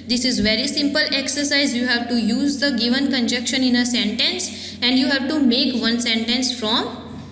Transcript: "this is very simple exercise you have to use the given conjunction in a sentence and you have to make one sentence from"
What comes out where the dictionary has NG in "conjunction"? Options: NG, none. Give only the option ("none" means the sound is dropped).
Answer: none